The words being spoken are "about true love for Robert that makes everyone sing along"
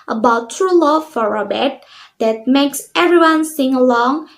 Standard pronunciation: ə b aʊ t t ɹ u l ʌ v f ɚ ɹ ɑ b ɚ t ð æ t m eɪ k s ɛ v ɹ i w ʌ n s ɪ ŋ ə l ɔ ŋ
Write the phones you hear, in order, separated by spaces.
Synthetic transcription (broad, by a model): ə b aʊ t t ɹ u l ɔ f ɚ ɹ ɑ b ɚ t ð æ t m eɪ k s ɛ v ɹ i w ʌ n s ɪ ŋ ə l ɔ ŋ